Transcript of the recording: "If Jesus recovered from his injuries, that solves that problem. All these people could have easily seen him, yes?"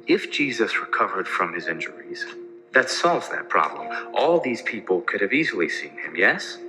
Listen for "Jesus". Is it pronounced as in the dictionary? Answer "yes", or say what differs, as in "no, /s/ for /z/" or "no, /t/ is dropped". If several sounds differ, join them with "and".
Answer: yes